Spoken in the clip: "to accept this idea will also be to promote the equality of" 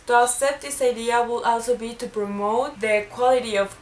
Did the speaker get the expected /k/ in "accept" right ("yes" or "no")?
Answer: no